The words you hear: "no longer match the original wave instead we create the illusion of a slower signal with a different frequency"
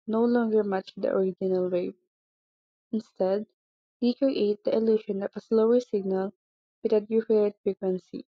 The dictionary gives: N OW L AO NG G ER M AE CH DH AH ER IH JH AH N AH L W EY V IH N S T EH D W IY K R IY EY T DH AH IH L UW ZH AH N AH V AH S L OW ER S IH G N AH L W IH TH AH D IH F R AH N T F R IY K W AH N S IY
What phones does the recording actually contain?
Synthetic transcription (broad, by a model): N OW L AO NG G ER M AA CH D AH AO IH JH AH N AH L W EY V IH N S T EH D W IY K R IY EY T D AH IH L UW SH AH N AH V AH S L OW ER S IH G N AH L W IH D AH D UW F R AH T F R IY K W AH N S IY